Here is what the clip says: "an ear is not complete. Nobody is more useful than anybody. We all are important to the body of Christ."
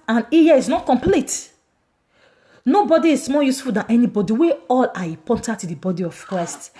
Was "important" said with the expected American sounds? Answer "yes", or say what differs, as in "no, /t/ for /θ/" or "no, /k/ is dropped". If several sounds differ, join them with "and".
no, /m/ is dropped